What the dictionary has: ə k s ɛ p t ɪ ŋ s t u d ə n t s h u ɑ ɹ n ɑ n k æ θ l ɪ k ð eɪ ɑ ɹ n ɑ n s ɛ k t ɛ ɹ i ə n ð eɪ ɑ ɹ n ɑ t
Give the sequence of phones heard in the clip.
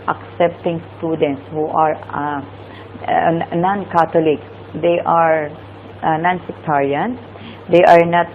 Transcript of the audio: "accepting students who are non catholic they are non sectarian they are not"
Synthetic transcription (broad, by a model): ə k s ɛ p t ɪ ŋ s t u d ə n t s h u ɑ ɹ n ɑ n k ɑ t l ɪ k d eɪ ɑ ɹ n ɑ n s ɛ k t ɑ ɹ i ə n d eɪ ɑ ɹ n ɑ t